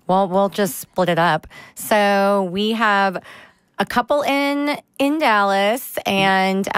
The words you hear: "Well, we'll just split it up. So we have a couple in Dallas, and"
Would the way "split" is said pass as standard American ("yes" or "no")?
yes